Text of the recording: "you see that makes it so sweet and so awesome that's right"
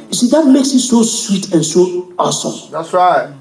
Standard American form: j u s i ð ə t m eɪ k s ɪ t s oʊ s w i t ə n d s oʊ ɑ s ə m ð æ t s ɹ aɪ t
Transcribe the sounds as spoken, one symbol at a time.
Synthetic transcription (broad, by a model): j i s i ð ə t m eɪ k s ɪ t s oʊ s w i t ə n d s oʊ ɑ s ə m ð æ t s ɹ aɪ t